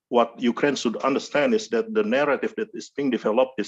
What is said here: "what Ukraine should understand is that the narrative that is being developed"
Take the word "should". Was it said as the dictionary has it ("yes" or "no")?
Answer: no